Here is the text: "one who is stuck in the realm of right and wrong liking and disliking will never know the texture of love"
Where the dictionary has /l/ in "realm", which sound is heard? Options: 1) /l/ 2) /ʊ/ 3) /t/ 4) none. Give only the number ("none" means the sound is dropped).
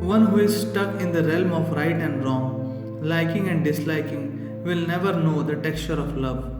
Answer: 1